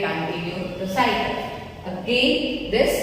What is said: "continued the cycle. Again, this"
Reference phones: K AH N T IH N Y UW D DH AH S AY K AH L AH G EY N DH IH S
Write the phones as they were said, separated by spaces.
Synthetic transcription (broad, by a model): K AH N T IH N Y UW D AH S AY AH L AH G EY N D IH S